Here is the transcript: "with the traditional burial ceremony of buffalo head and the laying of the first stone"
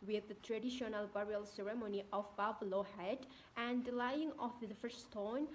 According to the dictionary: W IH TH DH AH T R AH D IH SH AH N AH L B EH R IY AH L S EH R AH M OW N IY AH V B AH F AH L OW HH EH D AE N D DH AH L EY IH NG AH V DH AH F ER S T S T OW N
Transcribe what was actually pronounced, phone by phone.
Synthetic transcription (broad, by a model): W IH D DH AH T R AH D IH SH AH N AH L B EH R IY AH L S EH R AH M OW N IY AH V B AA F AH L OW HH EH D AE N D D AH L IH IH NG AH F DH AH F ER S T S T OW N